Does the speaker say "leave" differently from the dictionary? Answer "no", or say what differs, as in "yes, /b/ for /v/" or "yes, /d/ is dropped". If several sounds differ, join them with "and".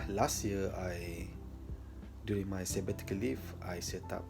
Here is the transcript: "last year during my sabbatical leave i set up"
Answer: yes, /f/ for /v/